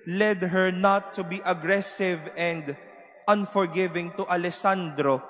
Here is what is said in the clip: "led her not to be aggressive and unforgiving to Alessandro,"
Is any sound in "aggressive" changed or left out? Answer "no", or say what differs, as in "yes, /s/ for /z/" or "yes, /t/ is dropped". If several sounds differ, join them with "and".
no